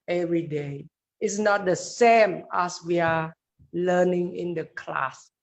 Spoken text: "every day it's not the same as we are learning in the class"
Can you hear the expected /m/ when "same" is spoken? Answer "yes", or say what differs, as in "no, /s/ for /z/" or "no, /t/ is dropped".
yes